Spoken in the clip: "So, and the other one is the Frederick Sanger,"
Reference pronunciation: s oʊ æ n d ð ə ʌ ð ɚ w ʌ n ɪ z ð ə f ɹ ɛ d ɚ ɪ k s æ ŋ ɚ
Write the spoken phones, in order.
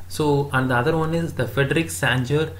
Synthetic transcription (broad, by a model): s oʊ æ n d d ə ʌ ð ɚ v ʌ n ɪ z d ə f ɹ ɛ d ɚ ɪ k s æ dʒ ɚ